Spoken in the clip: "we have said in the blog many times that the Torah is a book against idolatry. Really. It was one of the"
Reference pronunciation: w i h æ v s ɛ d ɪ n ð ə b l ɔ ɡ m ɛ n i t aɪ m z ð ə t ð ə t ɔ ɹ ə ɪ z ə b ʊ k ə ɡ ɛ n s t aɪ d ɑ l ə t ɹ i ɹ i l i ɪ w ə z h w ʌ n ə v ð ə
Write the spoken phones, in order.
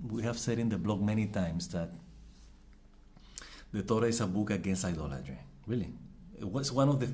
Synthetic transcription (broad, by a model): w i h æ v s ɛ d ɪ n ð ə b l ɔ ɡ m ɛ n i t aɪ m s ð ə t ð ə t ɔ ɹ ə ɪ s ə b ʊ k ə ɡ ɛ n s t aɪ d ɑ l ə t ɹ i ɹ i l i w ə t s w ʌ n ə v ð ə